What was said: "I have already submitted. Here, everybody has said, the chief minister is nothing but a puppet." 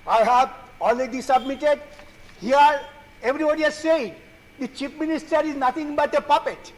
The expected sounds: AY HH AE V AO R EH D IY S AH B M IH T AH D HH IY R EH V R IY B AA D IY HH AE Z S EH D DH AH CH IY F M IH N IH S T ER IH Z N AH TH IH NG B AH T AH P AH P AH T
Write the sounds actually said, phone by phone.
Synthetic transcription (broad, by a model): AY HH AE V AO L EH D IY S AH B M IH T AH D HH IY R EH V R IY B AA D IY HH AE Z S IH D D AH CH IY P M IH N IH S T ER IH Z N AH T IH NG B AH T AH P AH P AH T